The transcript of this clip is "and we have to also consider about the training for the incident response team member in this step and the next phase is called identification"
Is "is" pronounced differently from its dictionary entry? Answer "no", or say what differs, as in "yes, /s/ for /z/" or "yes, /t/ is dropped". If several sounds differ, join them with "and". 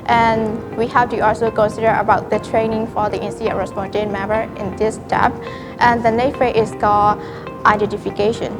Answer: yes, /s/ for /z/